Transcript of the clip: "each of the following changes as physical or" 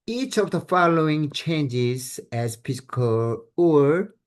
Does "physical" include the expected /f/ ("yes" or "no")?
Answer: no